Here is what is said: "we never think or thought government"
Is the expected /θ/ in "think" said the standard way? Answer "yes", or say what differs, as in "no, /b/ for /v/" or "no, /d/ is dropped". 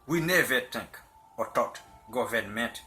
no, /t/ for /θ/